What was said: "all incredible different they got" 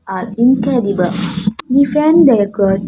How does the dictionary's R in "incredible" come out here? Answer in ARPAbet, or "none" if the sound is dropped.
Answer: none